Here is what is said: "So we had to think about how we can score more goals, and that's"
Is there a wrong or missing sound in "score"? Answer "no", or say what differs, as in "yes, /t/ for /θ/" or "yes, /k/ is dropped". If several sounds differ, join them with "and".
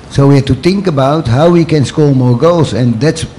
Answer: yes, /l/ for /ɹ/